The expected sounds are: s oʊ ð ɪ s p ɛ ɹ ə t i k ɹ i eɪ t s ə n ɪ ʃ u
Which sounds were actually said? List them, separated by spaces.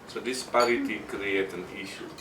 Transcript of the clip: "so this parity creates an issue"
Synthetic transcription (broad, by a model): s oʊ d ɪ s p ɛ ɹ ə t i k ɹ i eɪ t ə n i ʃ u